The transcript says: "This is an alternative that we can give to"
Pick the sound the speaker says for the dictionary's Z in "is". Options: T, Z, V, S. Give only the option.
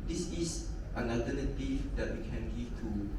S